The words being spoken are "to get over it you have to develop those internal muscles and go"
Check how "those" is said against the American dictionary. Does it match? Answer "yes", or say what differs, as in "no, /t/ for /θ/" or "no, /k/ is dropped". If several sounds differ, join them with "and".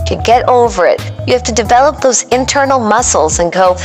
yes